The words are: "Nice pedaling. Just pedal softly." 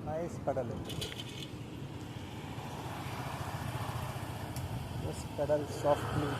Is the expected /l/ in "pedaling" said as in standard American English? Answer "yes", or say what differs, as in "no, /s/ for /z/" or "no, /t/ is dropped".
no, /l/ is dropped